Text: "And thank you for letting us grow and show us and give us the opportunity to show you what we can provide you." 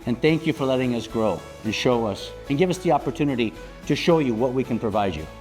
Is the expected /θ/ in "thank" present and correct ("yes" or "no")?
yes